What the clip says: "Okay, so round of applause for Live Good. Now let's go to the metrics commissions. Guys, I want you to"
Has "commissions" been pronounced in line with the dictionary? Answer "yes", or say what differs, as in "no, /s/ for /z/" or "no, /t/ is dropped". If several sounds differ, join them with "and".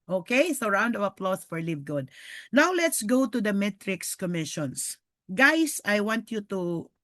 no, /s/ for /z/